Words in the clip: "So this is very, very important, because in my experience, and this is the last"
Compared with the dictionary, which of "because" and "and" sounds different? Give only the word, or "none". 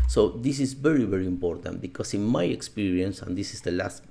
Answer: because